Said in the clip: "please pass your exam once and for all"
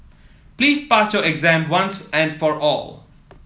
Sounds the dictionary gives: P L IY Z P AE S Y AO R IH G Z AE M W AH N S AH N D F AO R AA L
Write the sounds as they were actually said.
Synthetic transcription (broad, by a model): P L IY Z P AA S Y AO R IH G Z AE M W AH N S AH N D F AO R AA L